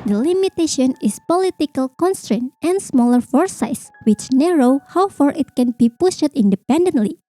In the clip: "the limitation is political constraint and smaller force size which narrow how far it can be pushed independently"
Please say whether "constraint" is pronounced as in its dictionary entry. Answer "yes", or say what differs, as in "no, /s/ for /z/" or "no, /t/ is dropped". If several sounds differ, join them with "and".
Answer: yes